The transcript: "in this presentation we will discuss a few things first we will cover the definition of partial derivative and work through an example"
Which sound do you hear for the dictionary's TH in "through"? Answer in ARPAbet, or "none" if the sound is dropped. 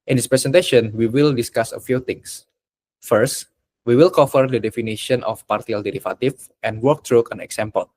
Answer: T